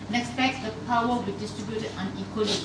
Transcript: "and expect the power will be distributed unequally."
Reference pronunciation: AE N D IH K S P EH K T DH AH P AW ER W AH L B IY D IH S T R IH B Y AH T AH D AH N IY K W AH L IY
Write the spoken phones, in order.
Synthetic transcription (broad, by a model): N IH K S F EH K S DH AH P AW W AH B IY D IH S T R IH B Y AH T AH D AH N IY K W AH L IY